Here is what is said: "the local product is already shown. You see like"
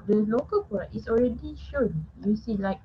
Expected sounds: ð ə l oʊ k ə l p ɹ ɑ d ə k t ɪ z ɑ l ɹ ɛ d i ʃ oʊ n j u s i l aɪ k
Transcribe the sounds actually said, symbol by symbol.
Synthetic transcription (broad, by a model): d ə l oʊ k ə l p ɑ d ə t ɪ s ɑ l ɹ ɛ d i ʃ oʊ n j u s i l aɪ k